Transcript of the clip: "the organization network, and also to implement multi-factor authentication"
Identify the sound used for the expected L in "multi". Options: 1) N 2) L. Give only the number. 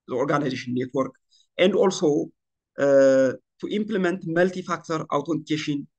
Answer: 2